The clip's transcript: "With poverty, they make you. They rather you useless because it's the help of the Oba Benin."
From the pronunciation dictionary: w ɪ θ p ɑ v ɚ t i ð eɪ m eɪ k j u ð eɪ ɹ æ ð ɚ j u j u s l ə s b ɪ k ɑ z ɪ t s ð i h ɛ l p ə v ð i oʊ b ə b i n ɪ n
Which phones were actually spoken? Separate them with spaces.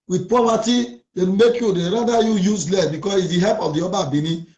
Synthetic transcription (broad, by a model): w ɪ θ p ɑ p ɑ t i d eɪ m eɪ k j u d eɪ ɹ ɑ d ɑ j u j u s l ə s b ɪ k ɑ s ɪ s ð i h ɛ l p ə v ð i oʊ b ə b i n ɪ